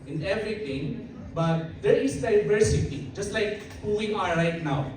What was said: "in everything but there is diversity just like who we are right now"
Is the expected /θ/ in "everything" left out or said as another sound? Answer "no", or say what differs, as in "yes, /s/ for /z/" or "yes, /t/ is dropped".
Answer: yes, /t/ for /θ/